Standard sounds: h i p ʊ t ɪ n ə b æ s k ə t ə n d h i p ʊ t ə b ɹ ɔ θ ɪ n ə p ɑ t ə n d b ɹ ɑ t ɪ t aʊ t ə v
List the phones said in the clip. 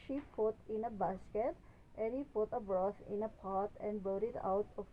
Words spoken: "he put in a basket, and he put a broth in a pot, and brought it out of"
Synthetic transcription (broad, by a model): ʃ i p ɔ t ɪ n ə b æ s k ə t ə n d h i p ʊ t ə b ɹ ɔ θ ɪ n ə p ɑ t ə n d b ʌ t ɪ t aʊ t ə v